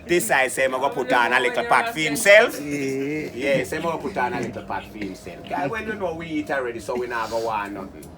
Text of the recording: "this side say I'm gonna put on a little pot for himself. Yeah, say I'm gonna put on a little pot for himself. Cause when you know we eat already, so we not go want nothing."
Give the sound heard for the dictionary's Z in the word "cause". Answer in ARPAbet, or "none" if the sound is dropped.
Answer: none